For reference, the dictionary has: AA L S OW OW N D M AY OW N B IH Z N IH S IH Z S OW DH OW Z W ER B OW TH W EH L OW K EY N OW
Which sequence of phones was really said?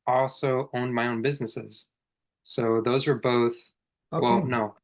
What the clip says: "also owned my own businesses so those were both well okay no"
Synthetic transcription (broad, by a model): AA L S OW OW N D M AY OW N B IH Z N IH S IH Z S OW DH OW Z W ER B OW TH W EH L N OW